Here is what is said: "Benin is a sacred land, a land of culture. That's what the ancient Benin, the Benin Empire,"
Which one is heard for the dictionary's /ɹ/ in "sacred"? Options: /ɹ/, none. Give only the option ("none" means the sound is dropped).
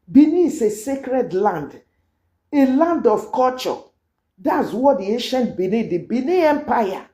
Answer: /ɹ/